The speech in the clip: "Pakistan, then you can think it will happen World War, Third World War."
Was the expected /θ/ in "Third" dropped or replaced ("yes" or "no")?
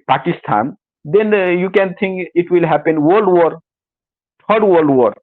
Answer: yes